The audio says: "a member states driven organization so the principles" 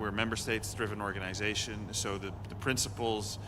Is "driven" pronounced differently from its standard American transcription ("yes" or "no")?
no